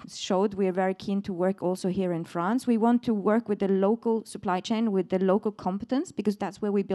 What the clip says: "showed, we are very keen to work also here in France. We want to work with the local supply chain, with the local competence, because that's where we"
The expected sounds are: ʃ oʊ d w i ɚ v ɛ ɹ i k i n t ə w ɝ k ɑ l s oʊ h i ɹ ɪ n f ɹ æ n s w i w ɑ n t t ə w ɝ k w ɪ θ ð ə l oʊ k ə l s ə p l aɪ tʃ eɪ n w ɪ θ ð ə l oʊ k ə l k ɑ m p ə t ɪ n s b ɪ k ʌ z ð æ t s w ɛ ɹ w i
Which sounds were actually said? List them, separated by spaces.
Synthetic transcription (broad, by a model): ʃ oʊ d w i ɚ v ɛ ɹ i k i n t ə w ɝ k ɑ l s oʊ h i ɹ ɪ n f ɹ æ n s w i w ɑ n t t ə w ɝ k w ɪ ð ə l oʊ k ə l s ə p l aɪ tʃ eɪ n w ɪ ð ə l oʊ k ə l k ɑ m p ə t ɪ n s b ɪ k ʌ z ð æ t s w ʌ ɹ w i